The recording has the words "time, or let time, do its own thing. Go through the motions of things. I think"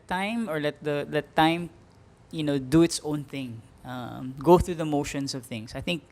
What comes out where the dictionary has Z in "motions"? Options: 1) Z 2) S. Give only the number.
2